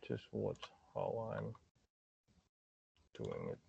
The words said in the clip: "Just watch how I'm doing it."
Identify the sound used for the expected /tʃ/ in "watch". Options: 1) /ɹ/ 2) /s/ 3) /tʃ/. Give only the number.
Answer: 2